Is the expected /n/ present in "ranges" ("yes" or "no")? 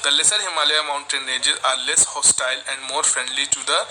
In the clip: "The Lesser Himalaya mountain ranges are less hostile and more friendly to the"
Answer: no